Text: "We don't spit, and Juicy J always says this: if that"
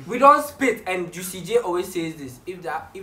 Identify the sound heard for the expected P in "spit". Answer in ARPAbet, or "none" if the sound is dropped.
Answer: P